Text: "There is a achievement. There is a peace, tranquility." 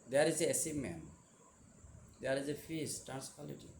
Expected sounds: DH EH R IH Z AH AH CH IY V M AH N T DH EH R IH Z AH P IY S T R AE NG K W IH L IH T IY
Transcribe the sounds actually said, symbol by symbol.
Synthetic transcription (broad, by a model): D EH R IH Z AH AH S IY M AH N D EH R IH Z AH F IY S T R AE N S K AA L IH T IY